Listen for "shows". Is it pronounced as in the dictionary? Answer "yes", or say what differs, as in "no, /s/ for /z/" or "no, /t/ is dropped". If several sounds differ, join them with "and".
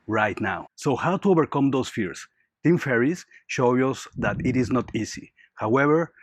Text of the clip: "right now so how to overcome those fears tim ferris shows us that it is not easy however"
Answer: no, /z/ is dropped